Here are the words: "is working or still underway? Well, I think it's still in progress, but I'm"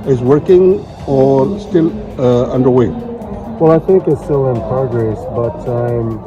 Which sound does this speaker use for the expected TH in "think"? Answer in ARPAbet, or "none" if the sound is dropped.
TH